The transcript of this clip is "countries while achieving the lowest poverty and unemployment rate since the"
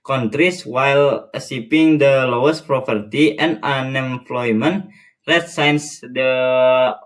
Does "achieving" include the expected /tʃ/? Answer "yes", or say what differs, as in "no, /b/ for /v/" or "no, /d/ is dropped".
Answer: no, /s/ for /tʃ/